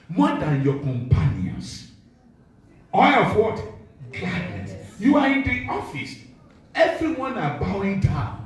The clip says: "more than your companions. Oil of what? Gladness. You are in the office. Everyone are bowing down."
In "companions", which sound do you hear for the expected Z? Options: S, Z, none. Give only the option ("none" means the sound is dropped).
S